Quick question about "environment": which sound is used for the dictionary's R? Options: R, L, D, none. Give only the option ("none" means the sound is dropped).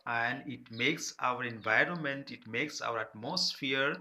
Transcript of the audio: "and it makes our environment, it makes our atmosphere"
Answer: R